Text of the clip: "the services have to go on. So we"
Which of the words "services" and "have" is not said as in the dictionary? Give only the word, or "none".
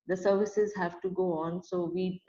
none